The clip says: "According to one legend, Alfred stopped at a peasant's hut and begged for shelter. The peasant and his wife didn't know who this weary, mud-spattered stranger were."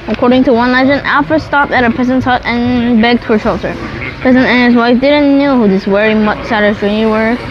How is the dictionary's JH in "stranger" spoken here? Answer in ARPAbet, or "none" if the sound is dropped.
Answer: none